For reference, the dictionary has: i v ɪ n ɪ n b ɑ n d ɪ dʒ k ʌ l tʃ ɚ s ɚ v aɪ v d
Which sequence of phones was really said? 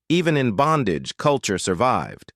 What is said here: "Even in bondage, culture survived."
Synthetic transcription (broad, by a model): i v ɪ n ɪ n b ɑ n d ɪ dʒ k ʌ l tʃ ɚ s ɚ v aɪ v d